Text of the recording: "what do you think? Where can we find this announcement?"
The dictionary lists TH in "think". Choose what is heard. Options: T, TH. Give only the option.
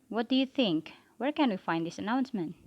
TH